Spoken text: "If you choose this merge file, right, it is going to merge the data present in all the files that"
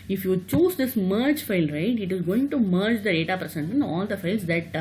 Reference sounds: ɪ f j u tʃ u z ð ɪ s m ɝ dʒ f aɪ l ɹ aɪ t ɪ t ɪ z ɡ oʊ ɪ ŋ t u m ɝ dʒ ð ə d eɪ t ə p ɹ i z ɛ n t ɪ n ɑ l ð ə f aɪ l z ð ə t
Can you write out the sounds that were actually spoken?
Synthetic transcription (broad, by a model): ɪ f j u tʃ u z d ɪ s m ɝ dʒ f aɪ l ɹ aɪ t ɪ t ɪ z ɡ oʊ ɪ ŋ t u m ɝ dʒ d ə d eɪ t ə p ɹ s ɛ n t ɪ n ɑ l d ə f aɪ l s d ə t